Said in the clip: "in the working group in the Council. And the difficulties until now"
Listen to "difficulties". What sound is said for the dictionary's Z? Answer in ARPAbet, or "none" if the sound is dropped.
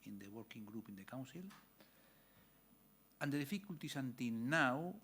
S